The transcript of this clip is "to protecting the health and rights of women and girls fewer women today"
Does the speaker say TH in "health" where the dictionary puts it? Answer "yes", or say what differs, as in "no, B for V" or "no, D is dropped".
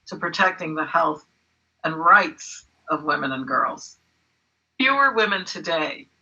yes